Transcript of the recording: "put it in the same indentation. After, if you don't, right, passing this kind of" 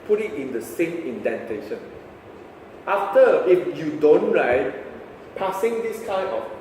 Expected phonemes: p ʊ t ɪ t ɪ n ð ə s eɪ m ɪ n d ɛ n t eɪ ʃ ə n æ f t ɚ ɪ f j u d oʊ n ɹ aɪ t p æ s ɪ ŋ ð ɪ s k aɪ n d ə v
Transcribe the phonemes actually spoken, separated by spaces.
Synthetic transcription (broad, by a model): p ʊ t ɪ t ɪ n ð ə s eɪ m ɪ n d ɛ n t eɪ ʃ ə n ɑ f t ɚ ɪ f j u d oʊ n ɹ aɪ t p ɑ s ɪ ŋ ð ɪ s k aɪ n ə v